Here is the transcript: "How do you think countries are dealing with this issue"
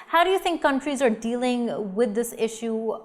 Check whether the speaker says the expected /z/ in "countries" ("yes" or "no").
yes